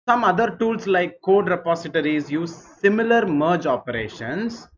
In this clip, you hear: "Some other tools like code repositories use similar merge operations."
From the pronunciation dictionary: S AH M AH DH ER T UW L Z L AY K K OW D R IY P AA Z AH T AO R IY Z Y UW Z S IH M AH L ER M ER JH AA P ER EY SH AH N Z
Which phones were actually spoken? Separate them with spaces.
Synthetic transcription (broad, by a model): S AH M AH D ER T UW L S L AY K K OW D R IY P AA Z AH T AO R IY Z Y UW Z S IH M AH L ER M ER JH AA P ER EY SH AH N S